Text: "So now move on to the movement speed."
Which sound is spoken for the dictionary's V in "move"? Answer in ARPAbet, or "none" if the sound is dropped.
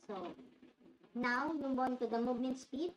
B